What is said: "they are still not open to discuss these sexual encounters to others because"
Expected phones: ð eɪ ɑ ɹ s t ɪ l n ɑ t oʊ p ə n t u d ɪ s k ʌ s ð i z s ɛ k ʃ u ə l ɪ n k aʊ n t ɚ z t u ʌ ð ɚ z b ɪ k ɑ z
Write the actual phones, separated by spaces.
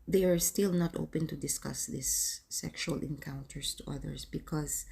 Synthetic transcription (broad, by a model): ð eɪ ɑ ɹ s t ɪ l n ɑ t oʊ p ə n t u d ɪ s k ʌ s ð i s ɛ k ʃ u ə l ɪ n k aʊ n t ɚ s t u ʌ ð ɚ s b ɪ k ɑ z